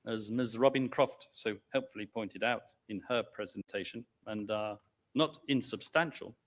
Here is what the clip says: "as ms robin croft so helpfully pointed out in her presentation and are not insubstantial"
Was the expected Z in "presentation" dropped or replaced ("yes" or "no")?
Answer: no